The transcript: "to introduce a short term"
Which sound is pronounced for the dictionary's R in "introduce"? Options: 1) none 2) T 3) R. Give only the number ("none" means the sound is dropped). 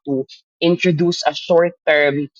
3